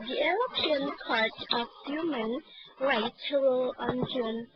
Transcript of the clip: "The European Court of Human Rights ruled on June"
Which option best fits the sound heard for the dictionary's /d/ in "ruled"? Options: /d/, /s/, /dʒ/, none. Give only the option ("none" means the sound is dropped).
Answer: none